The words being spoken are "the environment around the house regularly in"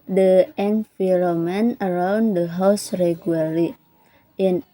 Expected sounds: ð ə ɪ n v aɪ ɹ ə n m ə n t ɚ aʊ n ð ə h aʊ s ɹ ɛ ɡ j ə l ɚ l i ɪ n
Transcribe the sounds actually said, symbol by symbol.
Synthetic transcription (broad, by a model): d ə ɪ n f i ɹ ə m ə n ɚ aʊ n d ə h aʊ s ɹ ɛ ɡ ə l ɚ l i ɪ n